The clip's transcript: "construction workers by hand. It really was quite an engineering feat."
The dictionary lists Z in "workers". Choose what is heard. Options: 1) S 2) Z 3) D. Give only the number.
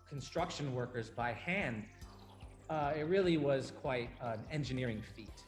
2